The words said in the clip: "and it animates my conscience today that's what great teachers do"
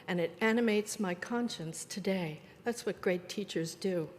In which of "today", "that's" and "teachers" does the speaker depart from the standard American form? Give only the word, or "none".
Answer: none